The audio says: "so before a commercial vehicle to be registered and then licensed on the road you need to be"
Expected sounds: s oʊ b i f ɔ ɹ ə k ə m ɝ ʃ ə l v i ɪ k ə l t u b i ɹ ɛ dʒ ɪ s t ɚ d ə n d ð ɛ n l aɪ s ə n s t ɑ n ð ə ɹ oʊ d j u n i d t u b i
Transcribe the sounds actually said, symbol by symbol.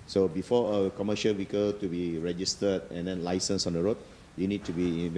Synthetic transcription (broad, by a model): s oʊ b i f ɔ ə k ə m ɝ ʃ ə l w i k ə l t u b i ɹ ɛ dʒ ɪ s t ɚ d ə n d ɛ n l aɪ s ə n s ɑ n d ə ɹ oʊ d j u n i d t u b i